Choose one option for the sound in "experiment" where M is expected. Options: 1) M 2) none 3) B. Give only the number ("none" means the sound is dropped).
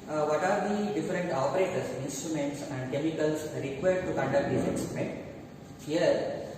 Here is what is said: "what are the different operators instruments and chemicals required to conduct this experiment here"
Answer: 2